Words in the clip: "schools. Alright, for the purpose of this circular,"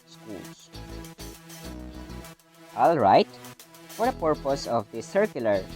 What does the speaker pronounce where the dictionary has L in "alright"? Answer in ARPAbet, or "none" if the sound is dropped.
L